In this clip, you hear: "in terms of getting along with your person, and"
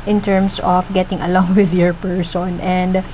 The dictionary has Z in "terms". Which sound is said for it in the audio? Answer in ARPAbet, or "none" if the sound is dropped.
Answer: S